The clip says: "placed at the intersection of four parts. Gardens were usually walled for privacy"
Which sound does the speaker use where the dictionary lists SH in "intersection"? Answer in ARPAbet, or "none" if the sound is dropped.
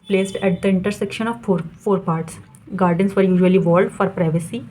SH